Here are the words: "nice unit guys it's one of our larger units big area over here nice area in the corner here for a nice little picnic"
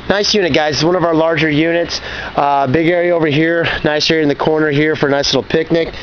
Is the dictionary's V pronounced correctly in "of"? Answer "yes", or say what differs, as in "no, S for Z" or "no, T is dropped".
yes